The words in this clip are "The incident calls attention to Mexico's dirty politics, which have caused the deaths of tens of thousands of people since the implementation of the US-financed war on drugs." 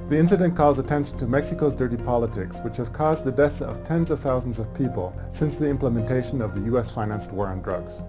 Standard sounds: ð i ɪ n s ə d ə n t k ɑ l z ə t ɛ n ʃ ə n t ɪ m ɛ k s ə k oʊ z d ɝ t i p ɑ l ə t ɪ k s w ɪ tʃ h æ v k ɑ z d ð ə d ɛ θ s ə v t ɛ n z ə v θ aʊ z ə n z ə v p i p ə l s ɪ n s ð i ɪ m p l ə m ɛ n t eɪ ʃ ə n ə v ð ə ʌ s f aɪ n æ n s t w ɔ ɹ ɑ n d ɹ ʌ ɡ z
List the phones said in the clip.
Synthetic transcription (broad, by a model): ð i ɪ n s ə d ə n k ɑ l z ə t ɛ n ʃ n t ɪ m ɛ k s ə k oʊ z d ɝ t i p ɑ l ə t ɪ k s w ɪ tʃ h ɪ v k ɑ z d ð ə d ɛ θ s ə v t ɛ n z ə v θ aʊ z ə n z ə v p i p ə l s ɪ n s ð i ɪ m p l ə m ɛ n t eɪ ʃ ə n ə v ð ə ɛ s f aɪ n æ n s t w ɔ ɹ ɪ n d ɹ ʌ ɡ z